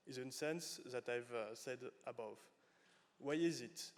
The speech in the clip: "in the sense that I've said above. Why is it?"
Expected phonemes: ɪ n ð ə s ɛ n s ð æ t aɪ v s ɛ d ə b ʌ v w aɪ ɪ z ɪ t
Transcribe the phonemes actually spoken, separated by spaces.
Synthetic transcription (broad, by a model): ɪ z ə s ɛ n s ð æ t aɪ v s ɛ d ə b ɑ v w aɪ ɪ z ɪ t